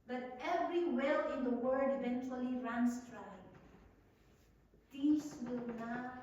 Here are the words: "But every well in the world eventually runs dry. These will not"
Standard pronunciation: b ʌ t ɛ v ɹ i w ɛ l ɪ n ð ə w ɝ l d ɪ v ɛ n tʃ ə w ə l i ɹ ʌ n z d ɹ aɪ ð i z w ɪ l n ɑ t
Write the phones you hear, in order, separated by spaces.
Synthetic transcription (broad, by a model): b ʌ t ɛ v ɹ i w ɛ l ɪ n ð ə w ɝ d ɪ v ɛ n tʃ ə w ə l i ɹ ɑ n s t ɹ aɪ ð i s w ɪ l n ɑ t